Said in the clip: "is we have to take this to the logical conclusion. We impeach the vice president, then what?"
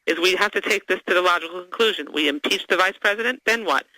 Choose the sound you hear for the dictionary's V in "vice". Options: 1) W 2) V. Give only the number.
2